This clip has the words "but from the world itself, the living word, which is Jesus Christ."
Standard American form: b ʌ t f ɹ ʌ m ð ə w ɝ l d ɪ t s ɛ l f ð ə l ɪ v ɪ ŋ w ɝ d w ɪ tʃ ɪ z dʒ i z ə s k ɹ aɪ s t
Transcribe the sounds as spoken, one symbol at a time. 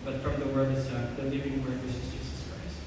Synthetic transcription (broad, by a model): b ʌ t f ɹ ʌ m ð ə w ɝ d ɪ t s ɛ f ð ə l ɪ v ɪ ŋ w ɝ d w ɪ s ɪ z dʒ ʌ s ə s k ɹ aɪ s